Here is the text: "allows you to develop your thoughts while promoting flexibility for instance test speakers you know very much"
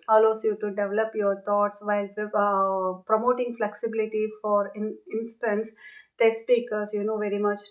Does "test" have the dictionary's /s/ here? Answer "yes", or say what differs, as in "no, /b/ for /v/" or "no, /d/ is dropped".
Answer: no, /s/ is dropped